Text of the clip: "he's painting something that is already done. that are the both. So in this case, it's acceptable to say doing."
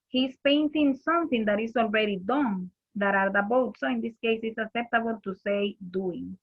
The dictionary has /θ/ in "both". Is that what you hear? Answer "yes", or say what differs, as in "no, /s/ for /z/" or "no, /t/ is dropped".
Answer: no, /t/ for /θ/